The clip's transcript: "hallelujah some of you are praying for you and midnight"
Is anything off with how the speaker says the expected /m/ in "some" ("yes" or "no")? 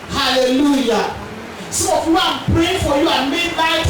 yes